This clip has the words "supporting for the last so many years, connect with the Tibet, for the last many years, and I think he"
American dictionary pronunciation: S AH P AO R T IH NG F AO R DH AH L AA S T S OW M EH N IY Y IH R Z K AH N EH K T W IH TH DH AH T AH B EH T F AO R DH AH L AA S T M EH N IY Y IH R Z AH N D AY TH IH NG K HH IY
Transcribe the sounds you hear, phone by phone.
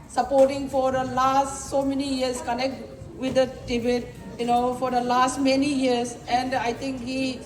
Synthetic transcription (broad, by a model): S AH P AO R T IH NG F AO R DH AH L AA S T S OW M EH N IY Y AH R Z K AH N EH K T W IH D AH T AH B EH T F AO R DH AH L AA S T M EH N IY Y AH R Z AH N D AY T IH NG K HH IY